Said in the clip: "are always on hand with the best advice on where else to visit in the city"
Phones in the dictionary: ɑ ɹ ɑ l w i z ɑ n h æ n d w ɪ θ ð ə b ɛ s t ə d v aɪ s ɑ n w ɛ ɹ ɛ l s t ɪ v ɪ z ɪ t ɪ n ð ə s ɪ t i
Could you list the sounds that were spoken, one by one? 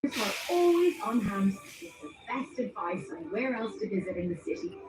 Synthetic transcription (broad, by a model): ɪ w ɑ l w i z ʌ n h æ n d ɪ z ð ə b ɛ s t ə d v aɪ s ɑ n w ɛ ɹ ɛ l s t ɪ v ɪ z ɪ t ɪ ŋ ð ə s ɪ t i